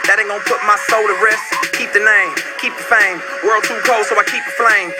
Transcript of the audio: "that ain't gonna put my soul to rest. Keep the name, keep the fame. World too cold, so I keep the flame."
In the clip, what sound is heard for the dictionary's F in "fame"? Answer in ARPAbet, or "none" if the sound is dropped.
F